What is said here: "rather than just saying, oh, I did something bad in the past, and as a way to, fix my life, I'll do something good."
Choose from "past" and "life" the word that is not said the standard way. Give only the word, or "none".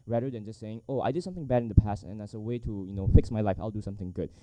none